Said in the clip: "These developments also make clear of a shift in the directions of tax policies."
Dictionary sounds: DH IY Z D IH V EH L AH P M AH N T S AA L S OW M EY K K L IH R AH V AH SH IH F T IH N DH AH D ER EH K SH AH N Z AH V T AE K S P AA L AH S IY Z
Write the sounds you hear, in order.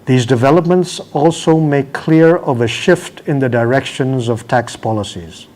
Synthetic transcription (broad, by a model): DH IY Z D IH V EH L AH P M AH N T S AA L S OW M EY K K L IH R AH V AH SH IH F T IH N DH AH D ER EH K SH AH N Z AH V T AE K S P AA L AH S IY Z